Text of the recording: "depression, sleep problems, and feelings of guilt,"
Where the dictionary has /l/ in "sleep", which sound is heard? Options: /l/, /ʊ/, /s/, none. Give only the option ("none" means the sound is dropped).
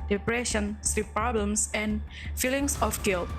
none